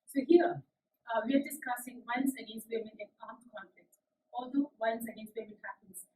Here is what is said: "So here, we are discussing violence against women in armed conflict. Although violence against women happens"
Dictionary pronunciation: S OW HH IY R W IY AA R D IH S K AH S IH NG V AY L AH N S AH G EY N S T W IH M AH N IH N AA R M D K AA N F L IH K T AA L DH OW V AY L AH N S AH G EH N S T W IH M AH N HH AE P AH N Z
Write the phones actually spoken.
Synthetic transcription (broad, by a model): S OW HH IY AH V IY AA R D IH S K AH S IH NG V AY AH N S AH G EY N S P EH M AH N IH N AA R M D K AA N F L IH K T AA L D OW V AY AH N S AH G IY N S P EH M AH N HH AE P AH N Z